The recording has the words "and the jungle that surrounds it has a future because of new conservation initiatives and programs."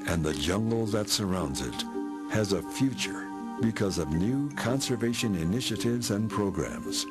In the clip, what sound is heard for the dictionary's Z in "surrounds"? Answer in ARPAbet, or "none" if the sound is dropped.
Z